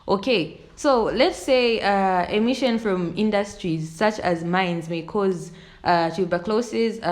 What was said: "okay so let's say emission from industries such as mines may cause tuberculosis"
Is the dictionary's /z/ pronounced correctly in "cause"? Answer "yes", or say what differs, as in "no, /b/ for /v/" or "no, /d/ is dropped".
yes